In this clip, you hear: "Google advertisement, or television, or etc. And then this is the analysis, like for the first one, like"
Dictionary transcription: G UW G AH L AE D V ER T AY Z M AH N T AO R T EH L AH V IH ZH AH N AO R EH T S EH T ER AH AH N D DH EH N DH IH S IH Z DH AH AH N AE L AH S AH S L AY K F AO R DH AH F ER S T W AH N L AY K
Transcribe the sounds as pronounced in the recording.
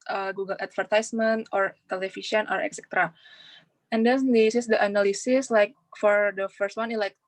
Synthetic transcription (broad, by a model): G UW G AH L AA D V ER T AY S M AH N T AO R T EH L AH F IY SH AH N AO R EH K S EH T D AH AH N D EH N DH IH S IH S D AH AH N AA L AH S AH S L AY K F AO R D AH F ER S T W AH N L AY K